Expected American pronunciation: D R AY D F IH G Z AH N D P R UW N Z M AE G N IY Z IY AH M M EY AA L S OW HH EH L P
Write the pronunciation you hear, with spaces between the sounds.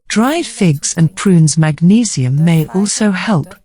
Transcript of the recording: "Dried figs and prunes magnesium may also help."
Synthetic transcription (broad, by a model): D R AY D F IH G Z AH N P R UW N Z M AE G N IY Z IY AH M M EY AA L S OW HH EH L P